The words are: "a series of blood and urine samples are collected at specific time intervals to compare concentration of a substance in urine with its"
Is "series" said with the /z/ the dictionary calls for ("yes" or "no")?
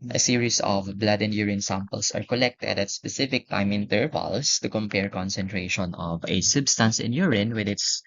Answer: no